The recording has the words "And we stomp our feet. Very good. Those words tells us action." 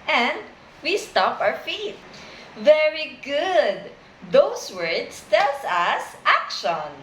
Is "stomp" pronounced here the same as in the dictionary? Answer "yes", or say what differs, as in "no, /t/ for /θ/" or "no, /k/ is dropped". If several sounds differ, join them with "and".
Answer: no, /m/ is dropped